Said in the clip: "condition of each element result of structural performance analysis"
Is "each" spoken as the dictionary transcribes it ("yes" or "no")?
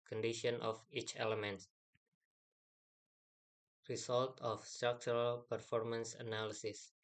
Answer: yes